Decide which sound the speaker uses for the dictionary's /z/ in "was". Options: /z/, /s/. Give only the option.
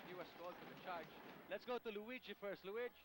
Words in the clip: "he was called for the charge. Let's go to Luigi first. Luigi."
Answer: /s/